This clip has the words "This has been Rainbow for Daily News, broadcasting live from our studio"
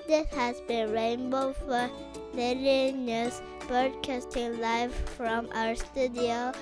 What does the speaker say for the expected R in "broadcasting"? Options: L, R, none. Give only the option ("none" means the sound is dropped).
none